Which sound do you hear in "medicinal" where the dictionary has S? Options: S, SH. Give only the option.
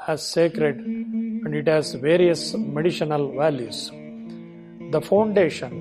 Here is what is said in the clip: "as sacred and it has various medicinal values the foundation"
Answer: SH